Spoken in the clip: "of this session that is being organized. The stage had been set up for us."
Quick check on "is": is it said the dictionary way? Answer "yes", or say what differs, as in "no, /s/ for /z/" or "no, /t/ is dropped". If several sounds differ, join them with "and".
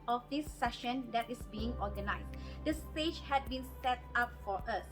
no, /s/ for /z/